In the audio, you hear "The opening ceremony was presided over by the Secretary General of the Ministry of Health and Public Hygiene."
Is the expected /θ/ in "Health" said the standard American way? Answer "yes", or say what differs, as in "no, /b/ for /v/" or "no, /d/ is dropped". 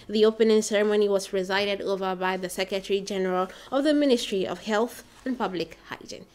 yes